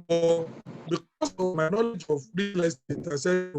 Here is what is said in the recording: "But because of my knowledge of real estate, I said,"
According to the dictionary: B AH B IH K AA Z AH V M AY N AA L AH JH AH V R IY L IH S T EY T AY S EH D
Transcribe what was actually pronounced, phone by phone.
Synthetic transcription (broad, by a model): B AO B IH K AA S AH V M AY N AA L AH JH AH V R IY L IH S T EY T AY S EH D